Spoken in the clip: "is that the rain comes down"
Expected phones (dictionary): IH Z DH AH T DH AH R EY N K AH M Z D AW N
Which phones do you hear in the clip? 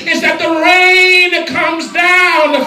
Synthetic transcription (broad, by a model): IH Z DH AH T DH AH R EY N K AH M Z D AW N